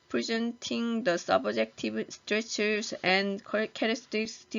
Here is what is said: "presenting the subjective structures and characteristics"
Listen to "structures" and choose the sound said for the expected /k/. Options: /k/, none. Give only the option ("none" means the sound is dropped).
none